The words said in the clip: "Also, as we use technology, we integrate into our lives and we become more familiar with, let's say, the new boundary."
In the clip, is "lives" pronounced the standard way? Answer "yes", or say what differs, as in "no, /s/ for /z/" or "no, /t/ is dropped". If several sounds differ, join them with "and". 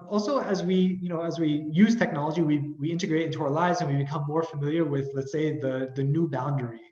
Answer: yes